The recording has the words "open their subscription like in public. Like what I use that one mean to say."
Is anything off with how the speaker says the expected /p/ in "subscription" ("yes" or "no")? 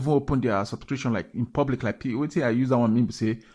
yes